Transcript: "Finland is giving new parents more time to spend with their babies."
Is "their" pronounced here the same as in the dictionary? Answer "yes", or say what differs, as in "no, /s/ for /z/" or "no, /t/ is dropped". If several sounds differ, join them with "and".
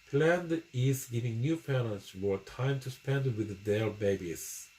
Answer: no, /l/ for /ɹ/